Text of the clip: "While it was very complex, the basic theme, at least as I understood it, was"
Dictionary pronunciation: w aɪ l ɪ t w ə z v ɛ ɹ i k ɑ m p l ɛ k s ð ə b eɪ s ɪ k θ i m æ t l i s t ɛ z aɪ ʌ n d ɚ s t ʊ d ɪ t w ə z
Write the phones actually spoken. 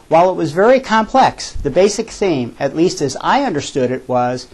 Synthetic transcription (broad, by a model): w aɪ l ɪ t w ə z v ɛ ɹ i k ɑ m p l ɛ k s ð ə b eɪ s ɪ k θ i m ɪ t l i s t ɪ z aɪ ʌ n d ɚ s t ʊ d ɪ t w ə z